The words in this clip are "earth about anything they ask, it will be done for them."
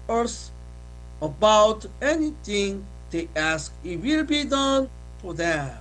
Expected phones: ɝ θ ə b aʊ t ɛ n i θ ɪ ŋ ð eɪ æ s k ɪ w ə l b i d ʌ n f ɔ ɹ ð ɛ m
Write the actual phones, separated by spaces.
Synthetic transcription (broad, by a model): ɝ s ə b aʊ t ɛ n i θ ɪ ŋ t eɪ æ s k ɪ w ə l b i d ʌ n f ɔ ɹ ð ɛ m